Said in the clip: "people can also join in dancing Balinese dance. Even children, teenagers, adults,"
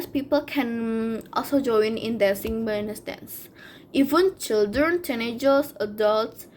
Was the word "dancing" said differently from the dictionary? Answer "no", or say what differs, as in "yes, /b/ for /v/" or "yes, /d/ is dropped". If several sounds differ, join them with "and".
yes, /n/ is dropped